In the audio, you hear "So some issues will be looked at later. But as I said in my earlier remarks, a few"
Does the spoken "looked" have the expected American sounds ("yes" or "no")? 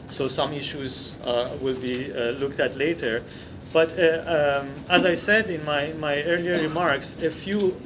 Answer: yes